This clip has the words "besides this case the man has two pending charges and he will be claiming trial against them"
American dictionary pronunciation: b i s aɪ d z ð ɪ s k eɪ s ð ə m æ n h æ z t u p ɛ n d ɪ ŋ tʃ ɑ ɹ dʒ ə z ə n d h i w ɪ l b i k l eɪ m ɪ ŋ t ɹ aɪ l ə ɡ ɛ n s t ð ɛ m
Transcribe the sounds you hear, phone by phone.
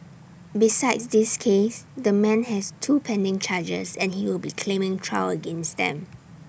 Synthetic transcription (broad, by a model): b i s aɪ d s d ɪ s k eɪ s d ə m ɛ n h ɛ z t u p ɛ n d ɪ ŋ tʃ ɑ dʒ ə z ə n h i w ɪ l b i k l eɪ m ɪ ŋ t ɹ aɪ w ə ɡ ɛ n s t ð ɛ m